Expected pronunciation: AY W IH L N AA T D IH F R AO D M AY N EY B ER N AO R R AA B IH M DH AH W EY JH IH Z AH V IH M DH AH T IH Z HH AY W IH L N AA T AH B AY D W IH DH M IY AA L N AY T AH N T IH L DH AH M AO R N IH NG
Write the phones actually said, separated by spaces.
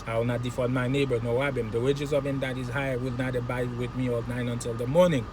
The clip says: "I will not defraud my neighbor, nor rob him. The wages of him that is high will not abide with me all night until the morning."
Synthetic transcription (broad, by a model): AY W IH L N AA T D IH F AO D M AY N EY B ER N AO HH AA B IH M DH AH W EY JH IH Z AH V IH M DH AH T IH Z HH AY W IH L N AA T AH B AY W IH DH M IY AA L N AY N AH N T IH L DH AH M AO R N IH NG